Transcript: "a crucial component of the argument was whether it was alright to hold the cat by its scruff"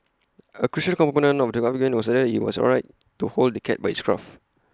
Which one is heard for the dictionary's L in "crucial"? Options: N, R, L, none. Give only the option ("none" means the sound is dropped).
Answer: N